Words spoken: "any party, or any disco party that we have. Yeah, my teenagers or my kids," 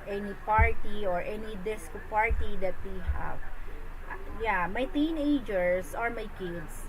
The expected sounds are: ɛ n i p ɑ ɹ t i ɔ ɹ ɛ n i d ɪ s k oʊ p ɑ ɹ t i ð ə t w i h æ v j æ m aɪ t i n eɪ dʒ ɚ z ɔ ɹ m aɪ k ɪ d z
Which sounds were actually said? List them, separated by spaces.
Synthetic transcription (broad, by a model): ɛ n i p ɑ ɹ t i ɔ ɹ ɛ n i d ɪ s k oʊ p ɑ ɹ t i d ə t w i h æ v j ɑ m aɪ t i n eɪ dʒ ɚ s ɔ ɹ m aɪ k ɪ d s